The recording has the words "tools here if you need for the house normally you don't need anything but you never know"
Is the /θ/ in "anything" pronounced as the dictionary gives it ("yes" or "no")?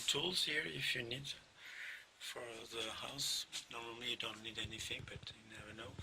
yes